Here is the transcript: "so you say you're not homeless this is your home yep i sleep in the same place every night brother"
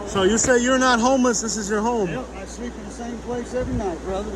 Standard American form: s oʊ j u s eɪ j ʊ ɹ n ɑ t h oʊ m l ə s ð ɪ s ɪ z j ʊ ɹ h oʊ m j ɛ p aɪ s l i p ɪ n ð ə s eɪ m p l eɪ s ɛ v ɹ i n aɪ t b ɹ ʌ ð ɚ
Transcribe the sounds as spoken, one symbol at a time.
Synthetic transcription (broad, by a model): s oʊ j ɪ s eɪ j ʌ ɹ n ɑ t h oʊ m l ə s ð ɪ s ɪ z j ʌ ɹ h oʊ m aɪ s l i p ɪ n ð ə s eɪ m p l eɪ s ɛ v ɹ i n aɪ t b ɹ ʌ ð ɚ